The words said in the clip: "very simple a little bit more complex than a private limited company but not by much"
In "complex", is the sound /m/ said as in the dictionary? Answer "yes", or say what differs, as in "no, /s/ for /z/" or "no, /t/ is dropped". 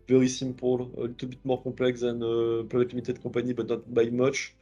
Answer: no, /m/ is dropped